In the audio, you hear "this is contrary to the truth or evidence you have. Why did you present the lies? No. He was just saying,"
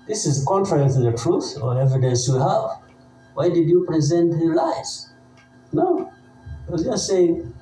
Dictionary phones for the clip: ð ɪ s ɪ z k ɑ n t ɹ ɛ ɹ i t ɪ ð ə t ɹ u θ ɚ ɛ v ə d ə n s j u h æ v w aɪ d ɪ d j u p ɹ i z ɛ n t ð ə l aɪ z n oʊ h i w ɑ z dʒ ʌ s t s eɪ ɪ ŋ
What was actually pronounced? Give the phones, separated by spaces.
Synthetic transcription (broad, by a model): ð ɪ s ɪ z k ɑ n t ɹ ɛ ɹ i t ɪ ð ə t ɹ u θ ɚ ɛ v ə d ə s j u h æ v w aɪ d ɪ d j u p ɹ i z ɛ n t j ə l aɪ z n oʊ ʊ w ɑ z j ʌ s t s eɪ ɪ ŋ